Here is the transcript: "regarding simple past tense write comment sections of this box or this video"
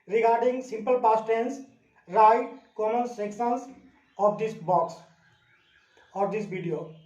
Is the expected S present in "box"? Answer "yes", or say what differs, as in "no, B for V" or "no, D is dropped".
yes